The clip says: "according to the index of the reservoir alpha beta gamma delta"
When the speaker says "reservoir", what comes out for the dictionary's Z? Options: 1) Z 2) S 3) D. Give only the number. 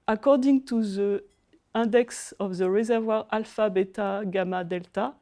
1